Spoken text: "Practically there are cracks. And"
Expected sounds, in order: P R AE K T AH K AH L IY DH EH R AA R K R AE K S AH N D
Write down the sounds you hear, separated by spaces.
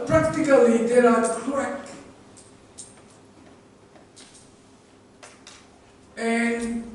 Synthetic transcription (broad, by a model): P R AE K T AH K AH L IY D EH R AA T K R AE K AH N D